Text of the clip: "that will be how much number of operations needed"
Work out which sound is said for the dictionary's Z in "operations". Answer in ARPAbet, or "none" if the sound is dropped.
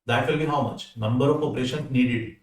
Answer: none